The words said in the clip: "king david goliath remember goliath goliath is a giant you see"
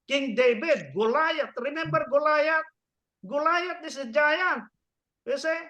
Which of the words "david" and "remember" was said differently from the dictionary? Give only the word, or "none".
david